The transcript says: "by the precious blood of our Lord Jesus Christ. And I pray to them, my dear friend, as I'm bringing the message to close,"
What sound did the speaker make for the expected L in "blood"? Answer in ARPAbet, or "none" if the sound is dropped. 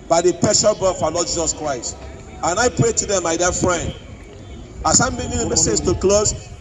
none